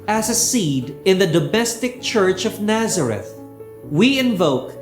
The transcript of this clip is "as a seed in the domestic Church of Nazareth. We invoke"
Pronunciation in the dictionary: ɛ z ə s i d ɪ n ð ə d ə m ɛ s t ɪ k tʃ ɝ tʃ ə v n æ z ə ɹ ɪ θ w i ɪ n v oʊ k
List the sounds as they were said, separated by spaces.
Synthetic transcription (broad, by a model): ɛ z ə s i d ɪ n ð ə d ə m ɛ s t ɪ k tʃ ɝ tʃ ə v n æ z ə ɹ ɪ θ w i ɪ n v oʊ k